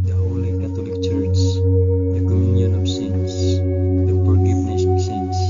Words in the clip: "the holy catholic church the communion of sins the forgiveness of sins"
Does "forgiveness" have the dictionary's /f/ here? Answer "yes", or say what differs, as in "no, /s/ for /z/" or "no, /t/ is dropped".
no, /p/ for /f/